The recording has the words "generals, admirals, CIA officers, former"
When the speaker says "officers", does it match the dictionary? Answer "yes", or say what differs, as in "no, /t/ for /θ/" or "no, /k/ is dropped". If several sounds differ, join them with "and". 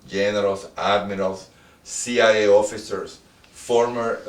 no, /s/ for /z/